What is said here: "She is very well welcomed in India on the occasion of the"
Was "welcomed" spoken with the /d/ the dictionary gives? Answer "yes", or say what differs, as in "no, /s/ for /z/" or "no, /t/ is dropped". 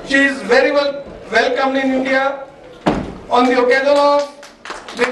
no, /d/ is dropped